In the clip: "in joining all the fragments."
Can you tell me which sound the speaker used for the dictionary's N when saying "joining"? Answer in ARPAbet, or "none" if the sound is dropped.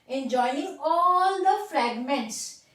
none